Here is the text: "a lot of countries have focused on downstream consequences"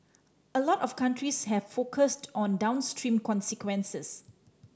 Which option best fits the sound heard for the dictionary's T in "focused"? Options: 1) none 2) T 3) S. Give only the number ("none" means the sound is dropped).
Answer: 2